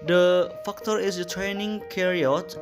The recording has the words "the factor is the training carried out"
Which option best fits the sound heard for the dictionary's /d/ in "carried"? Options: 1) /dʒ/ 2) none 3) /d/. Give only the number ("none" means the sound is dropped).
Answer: 2